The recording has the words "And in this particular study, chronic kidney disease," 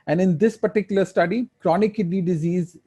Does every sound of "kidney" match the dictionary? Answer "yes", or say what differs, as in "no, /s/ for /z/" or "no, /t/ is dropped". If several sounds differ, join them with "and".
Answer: no, /n/ is dropped